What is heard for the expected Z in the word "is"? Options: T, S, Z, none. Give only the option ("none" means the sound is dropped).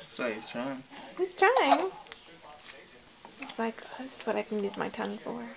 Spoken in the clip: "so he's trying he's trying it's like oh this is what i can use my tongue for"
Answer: S